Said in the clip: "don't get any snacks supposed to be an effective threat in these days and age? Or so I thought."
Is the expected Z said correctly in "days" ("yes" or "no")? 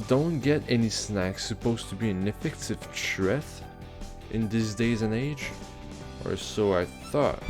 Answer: yes